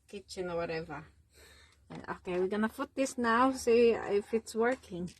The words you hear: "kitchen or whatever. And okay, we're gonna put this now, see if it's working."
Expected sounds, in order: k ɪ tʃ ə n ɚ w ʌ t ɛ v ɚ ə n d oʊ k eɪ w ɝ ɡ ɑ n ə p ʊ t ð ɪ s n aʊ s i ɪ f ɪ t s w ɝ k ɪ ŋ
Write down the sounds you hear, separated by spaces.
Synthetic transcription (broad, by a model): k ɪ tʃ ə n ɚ w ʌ t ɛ v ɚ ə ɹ oʊ k eɪ w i ɡ ɑ n ə f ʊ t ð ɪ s n aʊ s i ɪ f ɪ t s w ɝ k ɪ ŋ